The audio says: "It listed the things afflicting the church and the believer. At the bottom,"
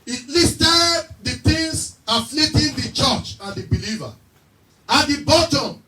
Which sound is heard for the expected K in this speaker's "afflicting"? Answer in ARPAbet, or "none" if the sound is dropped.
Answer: none